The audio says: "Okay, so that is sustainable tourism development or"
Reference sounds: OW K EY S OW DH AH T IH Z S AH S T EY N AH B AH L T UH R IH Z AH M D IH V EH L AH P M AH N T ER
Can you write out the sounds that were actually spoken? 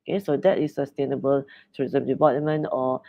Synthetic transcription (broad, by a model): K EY S OW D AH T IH S AH S T EY N AH B AH L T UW IH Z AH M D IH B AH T M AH N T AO